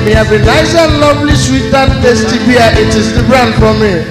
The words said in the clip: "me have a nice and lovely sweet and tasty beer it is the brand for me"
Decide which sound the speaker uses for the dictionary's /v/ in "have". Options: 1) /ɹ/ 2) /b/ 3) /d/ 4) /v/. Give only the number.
2